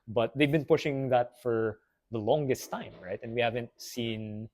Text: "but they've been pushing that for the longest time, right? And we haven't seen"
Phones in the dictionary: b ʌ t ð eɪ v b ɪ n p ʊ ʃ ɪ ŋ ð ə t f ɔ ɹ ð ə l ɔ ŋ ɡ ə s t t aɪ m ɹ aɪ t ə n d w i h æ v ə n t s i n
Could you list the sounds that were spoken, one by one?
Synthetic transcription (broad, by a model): b ʌ t ð eɪ v b ɪ n p ʊ ʃ ɪ ŋ ð ə t f ɔ ɹ ð ə l ɔ ŋ ɡ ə s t t aɪ m ɹ aɪ t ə n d w i h æ v ə n t s i n